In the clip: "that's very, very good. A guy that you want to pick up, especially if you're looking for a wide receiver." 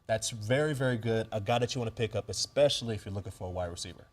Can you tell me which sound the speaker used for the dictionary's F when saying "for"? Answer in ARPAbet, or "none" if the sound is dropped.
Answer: F